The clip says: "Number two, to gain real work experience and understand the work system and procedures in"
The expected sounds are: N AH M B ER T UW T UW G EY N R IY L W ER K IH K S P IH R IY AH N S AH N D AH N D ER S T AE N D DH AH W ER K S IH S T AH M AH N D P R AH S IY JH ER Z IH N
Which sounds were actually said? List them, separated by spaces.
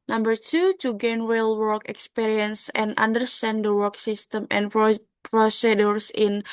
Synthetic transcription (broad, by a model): N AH M B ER T UW T UW G EY N W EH L W ER K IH K S P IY R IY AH N S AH N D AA N D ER S T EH N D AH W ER K S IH S T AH M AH N P R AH S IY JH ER S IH N